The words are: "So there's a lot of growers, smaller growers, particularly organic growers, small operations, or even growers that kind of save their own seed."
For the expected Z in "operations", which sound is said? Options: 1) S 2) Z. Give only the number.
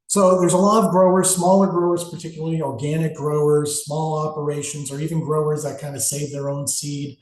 2